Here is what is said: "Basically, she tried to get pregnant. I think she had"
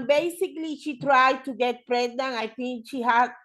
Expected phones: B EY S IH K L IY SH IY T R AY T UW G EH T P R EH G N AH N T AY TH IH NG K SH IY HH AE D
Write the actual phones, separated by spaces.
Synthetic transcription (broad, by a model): B EY S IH K L IY SH IY T R AY T UW G EH T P R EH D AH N AY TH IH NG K SH IY HH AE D